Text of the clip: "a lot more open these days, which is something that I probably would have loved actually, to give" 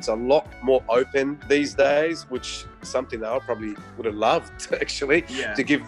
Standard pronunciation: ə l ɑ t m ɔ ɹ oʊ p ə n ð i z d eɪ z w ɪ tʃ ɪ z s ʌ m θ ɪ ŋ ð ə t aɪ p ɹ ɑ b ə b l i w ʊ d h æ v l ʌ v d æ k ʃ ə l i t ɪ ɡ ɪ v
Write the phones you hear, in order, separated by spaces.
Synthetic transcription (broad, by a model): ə l ɑ t m ɔ ɹ oʊ p ə n ð i z d eɪ z w ɪ tʃ s ʌ m θ ɪ ŋ ð ə t aɪ p ɹ ɑ b ə b l i w ʊ d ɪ v l ʌ v d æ k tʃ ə l i t ɪ ɡ ɪ v